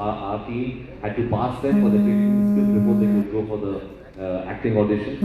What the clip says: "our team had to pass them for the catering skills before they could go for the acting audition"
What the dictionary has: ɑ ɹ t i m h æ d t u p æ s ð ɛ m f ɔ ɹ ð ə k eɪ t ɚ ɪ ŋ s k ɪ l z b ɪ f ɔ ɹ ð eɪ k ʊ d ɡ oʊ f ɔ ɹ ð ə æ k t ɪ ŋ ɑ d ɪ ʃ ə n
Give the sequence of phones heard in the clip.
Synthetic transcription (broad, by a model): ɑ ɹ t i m h æ d t u p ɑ s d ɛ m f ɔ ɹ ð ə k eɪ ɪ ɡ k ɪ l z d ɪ p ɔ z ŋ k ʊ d ɡ oʊ f ɔ ɹ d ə æ k t ɪ ŋ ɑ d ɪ ʃ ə n